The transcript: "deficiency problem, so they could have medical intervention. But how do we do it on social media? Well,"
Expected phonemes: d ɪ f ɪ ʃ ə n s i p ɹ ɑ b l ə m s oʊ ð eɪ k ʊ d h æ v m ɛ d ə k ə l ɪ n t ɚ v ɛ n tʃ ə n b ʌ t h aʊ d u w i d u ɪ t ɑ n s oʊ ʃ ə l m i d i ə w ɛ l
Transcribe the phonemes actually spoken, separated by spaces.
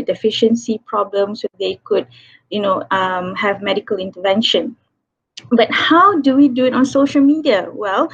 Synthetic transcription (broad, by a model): d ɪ f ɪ ʃ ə n s i p ɹ ɑ b l ə m s oʊ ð eɪ k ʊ d h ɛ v m ɛ d ə k ə l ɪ n t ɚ v ɛ n ʃ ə n b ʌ t h aʊ d u w i d u ɪ t ɑ n s oʊ ʃ ə l m i d i ə w ɛ l